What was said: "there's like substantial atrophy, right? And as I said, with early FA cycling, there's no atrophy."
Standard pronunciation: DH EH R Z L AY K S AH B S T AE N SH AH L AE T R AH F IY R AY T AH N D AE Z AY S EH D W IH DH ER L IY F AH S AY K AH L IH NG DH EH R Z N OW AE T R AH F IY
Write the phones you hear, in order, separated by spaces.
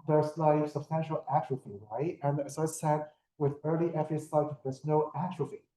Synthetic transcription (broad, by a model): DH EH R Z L AY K S AH B S T AE N SH AH L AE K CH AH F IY R AY T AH N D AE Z AY S EH D W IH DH ER L IY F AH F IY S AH IH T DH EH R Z N OW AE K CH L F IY